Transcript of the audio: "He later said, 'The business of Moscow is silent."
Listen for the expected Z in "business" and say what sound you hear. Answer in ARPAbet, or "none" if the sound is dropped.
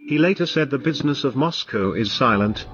Z